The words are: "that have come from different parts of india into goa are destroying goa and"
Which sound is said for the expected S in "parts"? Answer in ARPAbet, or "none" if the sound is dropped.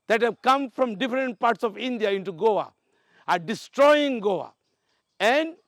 S